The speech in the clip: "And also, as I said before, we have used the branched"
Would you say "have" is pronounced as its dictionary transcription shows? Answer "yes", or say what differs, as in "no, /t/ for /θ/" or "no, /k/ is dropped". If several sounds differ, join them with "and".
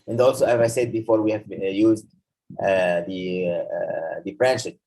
yes